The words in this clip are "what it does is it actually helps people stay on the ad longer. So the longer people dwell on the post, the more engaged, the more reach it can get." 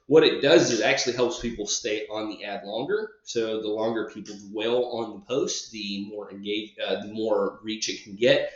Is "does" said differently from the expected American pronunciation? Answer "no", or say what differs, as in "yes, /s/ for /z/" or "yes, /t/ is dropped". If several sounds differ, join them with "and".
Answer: no